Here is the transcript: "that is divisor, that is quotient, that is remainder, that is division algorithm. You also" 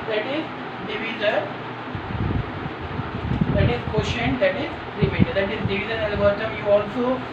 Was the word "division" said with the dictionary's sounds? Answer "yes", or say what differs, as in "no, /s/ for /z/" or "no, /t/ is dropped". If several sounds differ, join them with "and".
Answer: no, /z/ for /ʒ/